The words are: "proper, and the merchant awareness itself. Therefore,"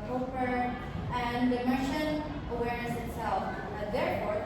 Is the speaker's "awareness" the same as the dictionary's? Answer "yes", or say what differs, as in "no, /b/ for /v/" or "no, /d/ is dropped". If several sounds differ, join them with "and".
no, /n/ is dropped